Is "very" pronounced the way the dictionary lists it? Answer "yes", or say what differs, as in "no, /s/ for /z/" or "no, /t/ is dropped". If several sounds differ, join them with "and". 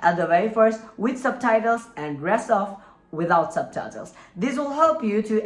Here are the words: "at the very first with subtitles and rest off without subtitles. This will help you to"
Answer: no, /w/ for /v/ and /ɹ/ is dropped